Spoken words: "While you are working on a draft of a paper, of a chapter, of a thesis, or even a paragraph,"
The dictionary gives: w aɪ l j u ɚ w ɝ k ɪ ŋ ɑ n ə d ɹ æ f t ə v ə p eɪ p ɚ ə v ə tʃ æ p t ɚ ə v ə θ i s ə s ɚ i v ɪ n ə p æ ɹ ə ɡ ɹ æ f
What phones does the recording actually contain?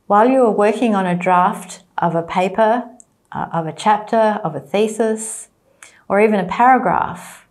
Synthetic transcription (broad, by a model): w aɪ l j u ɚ w ɝ k ɪ ŋ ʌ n ə d ɹ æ f t ə v ə p eɪ p ɚ ə v ə tʃ æ p t ɚ ə v ə θ i s ə s ɚ i v ɪ n ə p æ ɹ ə ɡ ɹ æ f